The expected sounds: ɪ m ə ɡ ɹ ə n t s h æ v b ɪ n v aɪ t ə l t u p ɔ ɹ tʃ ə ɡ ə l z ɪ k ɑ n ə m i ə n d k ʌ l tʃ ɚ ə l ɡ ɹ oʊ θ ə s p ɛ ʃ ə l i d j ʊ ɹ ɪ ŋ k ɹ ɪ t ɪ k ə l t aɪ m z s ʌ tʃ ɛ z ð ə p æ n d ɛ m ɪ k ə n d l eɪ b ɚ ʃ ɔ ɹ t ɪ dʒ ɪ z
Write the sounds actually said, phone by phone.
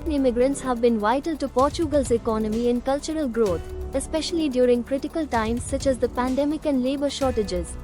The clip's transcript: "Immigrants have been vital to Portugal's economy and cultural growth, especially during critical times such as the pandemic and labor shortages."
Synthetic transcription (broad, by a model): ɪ m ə ɡ ɹ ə n t s h æ v b ɪ n v aɪ t ə l t u p ɔ ɹ tʃ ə ɡ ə l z ɪ k ɑ n ə m i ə n k ʌ l tʃ ɚ ə l ɡ ɹ oʊ t ə s p ɛ ʃ ə l i d j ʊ ɹ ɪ ŋ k ɹ ɪ t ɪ k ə l t aɪ m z s ʌ tʃ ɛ z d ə p æ n d ɛ m ɪ k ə n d l eɪ b ɚ ʃ ɔ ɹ t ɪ dʒ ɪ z